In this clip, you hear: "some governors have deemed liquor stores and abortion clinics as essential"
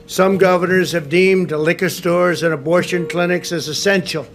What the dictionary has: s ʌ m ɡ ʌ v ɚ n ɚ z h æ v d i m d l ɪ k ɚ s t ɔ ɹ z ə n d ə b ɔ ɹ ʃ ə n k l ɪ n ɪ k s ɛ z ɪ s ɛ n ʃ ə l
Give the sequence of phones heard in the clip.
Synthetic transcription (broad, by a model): s ʌ m ɡ ʌ v ɚ n ɚ z h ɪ v d i m d l ɪ k ɚ s t ɔ ɹ z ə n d ə b ɔ ɹ ʃ ə n k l ɪ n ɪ k s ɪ z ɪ s ɛ n ʃ l